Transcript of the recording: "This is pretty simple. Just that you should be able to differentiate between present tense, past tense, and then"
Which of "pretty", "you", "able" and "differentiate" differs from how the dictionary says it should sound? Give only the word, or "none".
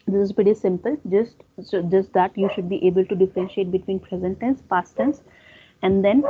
pretty